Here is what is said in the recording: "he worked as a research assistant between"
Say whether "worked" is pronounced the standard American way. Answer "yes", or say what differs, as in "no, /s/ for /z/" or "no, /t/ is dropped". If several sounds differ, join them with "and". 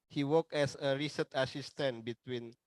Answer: no, /t/ is dropped